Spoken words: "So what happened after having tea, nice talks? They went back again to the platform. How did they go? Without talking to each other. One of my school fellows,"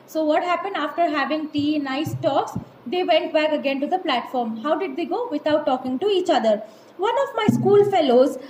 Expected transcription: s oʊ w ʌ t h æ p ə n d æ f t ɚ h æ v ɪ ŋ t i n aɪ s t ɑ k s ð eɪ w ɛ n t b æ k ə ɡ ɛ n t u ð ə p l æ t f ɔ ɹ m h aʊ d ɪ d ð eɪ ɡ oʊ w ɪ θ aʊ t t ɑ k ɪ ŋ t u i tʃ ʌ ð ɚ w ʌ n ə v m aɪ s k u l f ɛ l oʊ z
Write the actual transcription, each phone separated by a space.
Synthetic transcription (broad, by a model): s oʊ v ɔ t h æ p ə n d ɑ f t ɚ h æ v ɪ ŋ t i n aɪ s t ɑ k s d eɪ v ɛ n t b æ k ə ɡ ɛ n t u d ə p l æ t f ɔ ɹ m h aʊ d ɪ d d eɪ ɡ oʊ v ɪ t aʊ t t ɑ k ɪ ŋ t u i tʃ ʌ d ɚ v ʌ n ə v m aɪ s k u l f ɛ l oʊ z